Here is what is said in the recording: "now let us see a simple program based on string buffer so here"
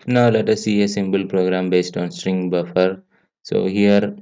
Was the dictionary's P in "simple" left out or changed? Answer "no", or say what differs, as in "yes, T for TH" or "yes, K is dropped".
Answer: yes, B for P